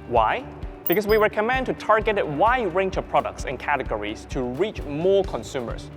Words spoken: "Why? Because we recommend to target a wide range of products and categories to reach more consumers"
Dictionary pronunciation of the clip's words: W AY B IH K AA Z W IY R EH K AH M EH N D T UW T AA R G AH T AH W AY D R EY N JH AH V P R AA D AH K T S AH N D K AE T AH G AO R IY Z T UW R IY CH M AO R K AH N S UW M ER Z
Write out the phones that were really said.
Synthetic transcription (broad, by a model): W AY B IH K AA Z W IY W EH K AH M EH N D T UW T AA R G AH T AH W AY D R EY N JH AH V P R AA D AH K T S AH N K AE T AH G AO R IY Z T UW R IY CH M AO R K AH N S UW M ER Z